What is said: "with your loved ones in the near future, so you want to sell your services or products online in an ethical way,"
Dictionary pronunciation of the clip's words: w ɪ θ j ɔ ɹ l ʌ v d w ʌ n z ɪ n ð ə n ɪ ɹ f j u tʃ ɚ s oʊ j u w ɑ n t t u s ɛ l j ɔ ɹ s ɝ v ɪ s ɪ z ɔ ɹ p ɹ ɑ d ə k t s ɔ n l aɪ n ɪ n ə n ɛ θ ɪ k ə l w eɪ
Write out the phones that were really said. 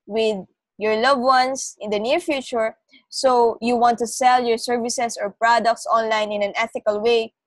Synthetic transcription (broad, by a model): w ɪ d j ɔ ɹ l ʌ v w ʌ n s ɪ n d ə n ɪ ɹ f j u tʃ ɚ s oʊ j u w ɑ n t t u s ɛ l j ɔ ɹ s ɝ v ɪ s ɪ s ɔ ɹ p ɹ ɑ d ə k t s ɔ n l aɪ n ɪ n ə n ɛ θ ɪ k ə l w eɪ